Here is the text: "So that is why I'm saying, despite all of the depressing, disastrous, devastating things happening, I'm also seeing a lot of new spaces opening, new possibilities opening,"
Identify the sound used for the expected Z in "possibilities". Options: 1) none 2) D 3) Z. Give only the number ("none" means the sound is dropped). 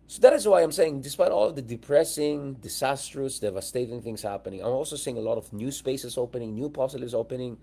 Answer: 1